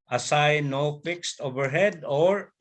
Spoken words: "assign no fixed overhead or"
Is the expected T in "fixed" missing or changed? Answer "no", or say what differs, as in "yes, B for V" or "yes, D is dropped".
no